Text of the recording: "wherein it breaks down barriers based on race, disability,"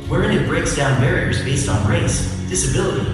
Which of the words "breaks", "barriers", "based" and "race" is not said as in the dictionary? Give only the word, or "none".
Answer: none